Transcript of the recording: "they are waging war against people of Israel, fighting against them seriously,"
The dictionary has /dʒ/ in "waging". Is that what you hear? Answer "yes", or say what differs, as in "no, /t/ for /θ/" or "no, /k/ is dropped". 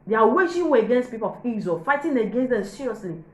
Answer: no, /ʃ/ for /dʒ/